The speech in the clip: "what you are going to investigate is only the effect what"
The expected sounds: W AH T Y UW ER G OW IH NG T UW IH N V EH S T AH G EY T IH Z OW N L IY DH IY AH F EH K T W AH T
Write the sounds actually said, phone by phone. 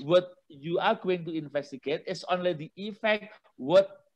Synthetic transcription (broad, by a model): W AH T Y UW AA G OW IH NG T UW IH N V EH S T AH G EY T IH S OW N L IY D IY AH F EH K T W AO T